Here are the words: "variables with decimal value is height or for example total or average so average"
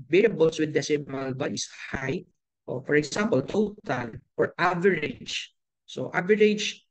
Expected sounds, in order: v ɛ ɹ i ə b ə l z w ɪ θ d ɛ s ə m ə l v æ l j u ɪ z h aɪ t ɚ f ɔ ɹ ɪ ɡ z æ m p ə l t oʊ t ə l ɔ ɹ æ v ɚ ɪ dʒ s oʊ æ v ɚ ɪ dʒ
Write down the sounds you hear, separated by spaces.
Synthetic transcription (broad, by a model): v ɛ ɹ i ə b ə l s w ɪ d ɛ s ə m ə l b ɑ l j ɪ s h aɪ t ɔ f ɔ ɹ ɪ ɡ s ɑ m p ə l t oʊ t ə l ɔ ɹ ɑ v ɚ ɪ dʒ s oʊ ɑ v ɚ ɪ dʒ